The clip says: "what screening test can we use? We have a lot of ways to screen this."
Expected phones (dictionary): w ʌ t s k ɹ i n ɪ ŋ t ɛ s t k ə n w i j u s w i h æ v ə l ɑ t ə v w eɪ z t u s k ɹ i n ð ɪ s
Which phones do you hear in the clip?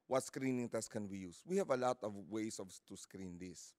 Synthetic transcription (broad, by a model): w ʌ t s k ɹ i n ɪ ŋ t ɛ s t k ə n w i j u s w i h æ v ə l ɑ t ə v w eɪ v t u s k ɹ i n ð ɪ s